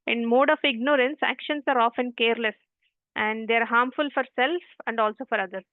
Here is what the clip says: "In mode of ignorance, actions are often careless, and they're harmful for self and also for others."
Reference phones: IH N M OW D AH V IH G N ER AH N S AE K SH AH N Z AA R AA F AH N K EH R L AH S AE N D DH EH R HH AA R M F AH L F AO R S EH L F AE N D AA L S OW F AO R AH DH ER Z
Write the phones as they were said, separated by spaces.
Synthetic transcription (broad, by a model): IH N M OW D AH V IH G N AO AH N S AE K SH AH N S AA R AA F AH N K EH R L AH S AE N D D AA R HH AA R M F AH L F AO R S EH L F AE N D AA L S OW F AO R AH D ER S